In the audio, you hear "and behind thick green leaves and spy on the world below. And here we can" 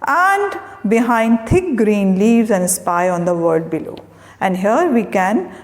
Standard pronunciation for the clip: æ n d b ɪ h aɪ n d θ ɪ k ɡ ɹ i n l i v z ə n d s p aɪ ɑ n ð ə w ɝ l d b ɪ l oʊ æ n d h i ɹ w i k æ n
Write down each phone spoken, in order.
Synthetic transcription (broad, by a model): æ n d b ɪ h aɪ n d t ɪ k ɡ ɹ i n l i v z ə n d s p aɪ ɑ n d ə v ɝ l d b ɪ l oʊ æ n d h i ɹ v i k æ n